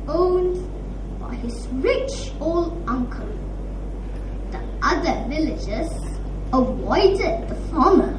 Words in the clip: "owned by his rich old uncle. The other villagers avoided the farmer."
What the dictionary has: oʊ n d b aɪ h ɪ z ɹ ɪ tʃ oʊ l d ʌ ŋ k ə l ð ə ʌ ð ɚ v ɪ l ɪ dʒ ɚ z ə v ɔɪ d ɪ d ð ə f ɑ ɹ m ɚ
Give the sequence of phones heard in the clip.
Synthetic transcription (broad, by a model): oʊ n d b aɪ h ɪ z ɹ ɪ tʃ oʊ l d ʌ ŋ k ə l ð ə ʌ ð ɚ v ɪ l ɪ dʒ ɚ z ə w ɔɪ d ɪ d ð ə f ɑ m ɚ